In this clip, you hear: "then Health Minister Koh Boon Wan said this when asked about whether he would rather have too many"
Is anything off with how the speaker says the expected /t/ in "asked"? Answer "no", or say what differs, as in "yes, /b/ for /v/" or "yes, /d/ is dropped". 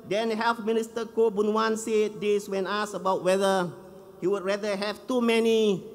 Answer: yes, /t/ is dropped